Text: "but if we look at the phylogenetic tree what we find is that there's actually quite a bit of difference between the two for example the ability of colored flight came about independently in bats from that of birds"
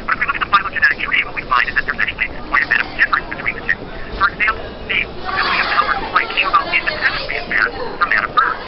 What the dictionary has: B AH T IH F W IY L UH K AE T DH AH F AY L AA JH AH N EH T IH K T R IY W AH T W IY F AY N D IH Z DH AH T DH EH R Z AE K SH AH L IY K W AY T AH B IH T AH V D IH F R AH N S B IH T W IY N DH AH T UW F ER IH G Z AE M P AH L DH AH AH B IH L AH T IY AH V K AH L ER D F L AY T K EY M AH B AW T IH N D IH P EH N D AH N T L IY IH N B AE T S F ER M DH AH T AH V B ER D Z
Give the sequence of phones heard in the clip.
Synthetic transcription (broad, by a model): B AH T IH F W IY L UH K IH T DH AH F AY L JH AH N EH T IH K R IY W AH T W IY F AY N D IH Z DH AH T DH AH R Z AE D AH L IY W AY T AH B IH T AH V D IH F R AH N S B IH T W IY N DH AH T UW F ER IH G Z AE M P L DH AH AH IH AH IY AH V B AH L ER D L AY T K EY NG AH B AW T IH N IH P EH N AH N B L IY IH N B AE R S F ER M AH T AH V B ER